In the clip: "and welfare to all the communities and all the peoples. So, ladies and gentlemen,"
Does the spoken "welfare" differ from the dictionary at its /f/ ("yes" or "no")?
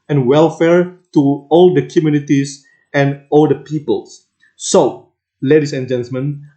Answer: no